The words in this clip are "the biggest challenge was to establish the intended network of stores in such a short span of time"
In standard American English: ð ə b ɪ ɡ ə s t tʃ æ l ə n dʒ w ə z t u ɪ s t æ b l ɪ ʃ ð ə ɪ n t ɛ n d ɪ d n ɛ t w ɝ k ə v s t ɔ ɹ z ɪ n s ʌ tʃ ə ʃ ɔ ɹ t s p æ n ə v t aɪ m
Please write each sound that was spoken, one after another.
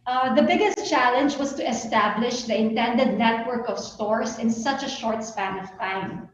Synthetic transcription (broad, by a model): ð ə b ɪ ɡ ə s t tʃ æ l ə n dʒ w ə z t u ɪ s t æ b l ɪ ʃ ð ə ɪ n t ɛ n d ɪ d n ɛ t w ɝ k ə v s t ɔ ɹ s ɪ n s ʌ tʃ ə ʃ ɔ ɹ t s p æ n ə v t aɪ m